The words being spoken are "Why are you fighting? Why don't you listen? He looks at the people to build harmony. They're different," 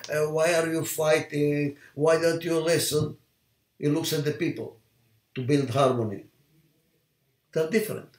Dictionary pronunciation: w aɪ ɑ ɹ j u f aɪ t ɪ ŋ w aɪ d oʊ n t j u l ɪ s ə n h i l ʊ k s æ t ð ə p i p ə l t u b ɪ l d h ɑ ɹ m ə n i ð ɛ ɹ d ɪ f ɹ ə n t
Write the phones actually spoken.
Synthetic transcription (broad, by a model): w aɪ ɑ ɹ j u f aɪ t ɪ ŋ w aɪ d oʊ n t j u l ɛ s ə n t l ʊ k s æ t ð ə p i p ə l t u b ɪ l d h ɑ ɹ m ə n i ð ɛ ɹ d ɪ f ɹ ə n t